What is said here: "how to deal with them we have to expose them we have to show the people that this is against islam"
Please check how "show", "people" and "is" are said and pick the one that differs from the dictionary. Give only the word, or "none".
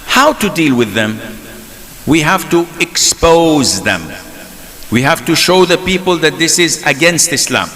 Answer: none